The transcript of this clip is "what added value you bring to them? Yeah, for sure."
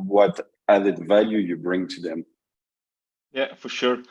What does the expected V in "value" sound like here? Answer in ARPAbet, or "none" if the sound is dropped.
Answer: V